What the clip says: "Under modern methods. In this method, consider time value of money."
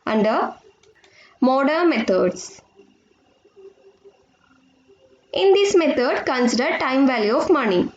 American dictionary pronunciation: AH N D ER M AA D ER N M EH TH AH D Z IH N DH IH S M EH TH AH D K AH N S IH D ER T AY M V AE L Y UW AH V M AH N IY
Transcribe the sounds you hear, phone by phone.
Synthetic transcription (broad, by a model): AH N D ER M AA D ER M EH T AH D S IH N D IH S M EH T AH D K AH N S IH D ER T AY M V AE L Y UW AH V M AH N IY